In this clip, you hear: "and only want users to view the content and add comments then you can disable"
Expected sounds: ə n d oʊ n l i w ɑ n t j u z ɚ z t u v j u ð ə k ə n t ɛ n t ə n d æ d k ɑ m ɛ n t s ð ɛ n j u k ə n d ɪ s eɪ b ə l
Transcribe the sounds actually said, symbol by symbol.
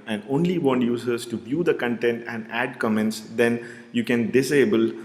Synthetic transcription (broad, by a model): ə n d oʊ n l i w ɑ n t j u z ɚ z t u b j u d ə k ə n t ɛ n t ə n d æ d k ɑ m ɛ n t s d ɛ n j u k ə n d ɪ s eɪ b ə l